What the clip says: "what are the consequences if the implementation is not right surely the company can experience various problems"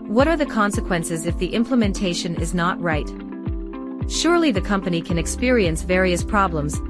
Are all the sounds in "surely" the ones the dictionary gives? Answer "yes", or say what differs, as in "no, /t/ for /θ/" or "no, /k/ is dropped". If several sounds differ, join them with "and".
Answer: yes